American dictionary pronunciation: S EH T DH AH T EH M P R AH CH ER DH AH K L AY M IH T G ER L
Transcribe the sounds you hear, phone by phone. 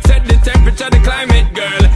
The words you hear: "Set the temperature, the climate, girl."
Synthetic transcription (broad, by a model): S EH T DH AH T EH P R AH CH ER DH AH K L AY M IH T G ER L